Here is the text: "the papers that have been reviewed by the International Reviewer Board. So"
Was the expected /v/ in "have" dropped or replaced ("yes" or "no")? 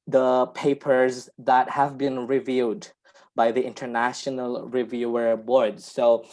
no